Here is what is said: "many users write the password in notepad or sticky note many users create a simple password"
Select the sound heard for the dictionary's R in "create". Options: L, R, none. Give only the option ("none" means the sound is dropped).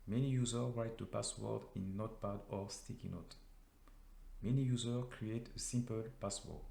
R